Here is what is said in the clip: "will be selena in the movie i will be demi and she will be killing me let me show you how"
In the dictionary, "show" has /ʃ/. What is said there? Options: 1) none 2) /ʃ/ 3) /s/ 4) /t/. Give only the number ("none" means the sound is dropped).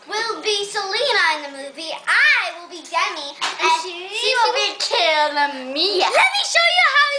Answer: 2